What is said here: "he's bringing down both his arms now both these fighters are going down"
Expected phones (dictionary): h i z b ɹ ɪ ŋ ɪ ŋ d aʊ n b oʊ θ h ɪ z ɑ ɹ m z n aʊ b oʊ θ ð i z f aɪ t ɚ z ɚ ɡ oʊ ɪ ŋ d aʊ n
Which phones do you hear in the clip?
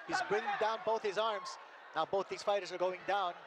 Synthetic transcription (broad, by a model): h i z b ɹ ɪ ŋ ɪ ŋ d aʊ n b oʊ θ h ɪ z ɑ ɹ m z n aʊ b oʊ θ ð i z f aɪ t ɚ z ɚ ɡ oʊ ɪ ŋ d aʊ n